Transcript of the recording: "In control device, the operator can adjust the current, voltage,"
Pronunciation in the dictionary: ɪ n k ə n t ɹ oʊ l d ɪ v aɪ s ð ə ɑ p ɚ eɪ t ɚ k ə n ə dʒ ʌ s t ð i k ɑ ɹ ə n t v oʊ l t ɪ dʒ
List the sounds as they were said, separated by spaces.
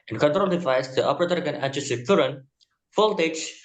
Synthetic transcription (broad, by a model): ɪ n k ə n t ɹ oʊ l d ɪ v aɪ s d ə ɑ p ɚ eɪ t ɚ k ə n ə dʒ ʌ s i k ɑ ɹ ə n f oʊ l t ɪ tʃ